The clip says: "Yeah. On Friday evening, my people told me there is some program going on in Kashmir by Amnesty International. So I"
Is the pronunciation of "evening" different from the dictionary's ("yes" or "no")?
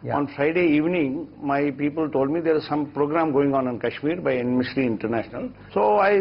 no